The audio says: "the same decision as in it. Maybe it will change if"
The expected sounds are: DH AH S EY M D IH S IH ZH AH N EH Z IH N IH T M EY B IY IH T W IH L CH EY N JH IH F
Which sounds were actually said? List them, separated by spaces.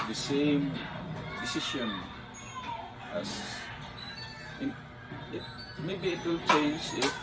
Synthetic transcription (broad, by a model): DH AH S EY M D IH S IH SH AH N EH S IH N IH T M EY B IY IH T W IH L CH EY N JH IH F